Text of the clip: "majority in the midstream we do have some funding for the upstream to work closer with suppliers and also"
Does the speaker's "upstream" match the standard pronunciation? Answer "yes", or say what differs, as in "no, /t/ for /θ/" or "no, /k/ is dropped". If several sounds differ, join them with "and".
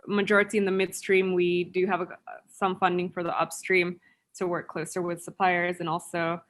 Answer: yes